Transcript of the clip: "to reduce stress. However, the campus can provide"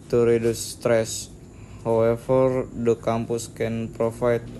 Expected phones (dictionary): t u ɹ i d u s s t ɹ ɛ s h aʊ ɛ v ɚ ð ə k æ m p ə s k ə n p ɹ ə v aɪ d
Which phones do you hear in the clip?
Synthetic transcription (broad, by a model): t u ɹ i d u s s t ɹ ɛ s h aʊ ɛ f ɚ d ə k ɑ m p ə s k ə n p ɹ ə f aɪ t